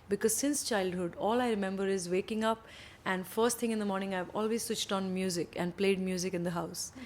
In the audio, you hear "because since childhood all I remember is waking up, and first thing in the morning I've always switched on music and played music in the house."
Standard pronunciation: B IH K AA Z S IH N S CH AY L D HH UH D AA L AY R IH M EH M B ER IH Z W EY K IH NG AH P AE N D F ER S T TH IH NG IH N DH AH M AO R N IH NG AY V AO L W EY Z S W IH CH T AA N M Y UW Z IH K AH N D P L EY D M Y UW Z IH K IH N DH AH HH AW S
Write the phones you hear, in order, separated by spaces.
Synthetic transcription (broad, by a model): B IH K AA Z S IH N S CH AY L D HH UH D AA L AY R IH M EH M B ER IH Z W EY K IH NG AH P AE N D F ER S T T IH NG IH N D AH M AO R N IH NG AY V AO L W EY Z S W IH CH T AA N M Y UW Z IH K AH N D P L EY D M Y UW Z IH K IH N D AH HH AW S